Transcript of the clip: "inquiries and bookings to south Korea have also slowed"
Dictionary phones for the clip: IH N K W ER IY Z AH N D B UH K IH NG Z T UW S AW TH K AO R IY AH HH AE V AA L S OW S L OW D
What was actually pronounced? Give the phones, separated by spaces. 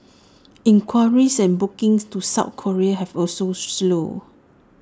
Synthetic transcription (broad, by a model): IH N K W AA IY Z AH N B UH K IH NG S T UW S AW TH K AO R IY AH HH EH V AA L S OW S L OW